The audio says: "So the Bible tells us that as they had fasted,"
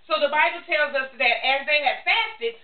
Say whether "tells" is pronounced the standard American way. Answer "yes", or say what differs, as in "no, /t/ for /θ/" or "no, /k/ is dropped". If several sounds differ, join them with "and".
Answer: yes